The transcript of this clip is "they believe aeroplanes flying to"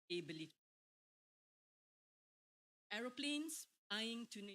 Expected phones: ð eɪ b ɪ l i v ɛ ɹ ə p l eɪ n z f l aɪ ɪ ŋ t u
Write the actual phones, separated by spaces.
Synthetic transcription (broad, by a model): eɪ b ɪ l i ɛ ɹ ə p l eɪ n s aɪ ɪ ŋ t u